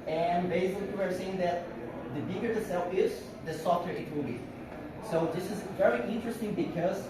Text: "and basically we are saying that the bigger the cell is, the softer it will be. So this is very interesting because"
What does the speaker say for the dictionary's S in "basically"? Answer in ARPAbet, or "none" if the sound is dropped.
none